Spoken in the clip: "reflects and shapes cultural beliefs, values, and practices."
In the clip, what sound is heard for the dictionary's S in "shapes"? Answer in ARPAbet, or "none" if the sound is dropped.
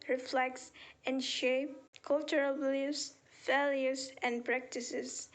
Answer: none